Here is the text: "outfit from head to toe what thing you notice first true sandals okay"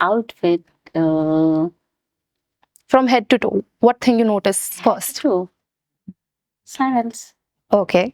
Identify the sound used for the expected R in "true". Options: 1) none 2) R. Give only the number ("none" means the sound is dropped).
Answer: 1